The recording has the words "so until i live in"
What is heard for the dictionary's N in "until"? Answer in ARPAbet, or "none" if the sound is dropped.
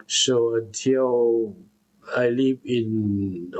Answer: none